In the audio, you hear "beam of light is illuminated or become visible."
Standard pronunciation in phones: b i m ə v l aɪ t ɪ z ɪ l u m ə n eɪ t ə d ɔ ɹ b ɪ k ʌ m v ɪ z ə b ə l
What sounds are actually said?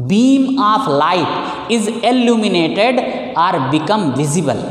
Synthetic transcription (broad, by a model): b i m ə p l aɪ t ɪ z ɪ l u m ə n eɪ t ə d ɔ ɹ b ɪ k ʌ m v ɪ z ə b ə l